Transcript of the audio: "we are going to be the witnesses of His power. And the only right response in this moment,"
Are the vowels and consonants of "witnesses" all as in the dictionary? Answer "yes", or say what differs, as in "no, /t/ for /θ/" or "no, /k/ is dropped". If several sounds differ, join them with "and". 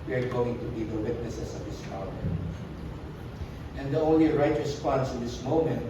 no, /s/ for /z/